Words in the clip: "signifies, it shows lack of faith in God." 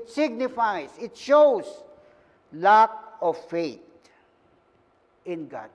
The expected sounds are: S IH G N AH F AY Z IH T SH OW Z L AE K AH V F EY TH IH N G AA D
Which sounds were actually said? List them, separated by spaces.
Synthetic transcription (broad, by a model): S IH G N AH F AY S IH T SH OW S L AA K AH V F EY T IH N G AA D